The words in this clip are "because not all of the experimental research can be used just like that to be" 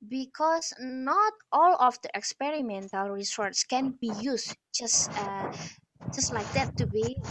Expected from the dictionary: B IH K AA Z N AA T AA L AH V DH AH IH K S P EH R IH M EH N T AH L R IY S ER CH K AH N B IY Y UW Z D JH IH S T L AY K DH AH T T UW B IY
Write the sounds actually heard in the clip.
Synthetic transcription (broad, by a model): B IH K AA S N AA T AA L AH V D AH IH K S P EH R IH M EH N T AH L R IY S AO S K AH N B IY Y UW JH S JH IH S T L AY K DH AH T T UW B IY